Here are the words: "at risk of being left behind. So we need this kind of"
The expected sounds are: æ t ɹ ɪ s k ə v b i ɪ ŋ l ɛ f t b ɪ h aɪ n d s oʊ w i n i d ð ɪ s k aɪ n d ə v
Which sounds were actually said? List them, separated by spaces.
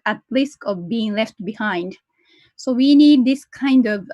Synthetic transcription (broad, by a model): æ t l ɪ s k ə v b i ɪ ŋ l ɛ f t b ɪ h aɪ n d s oʊ w i n i d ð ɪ s k aɪ n d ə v